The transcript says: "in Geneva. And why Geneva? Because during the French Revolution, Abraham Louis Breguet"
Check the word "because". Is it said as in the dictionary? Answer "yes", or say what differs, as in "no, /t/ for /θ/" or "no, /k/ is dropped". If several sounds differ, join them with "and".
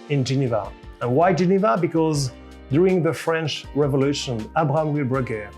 yes